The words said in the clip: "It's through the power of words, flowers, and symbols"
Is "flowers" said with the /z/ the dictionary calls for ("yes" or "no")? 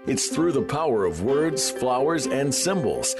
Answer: yes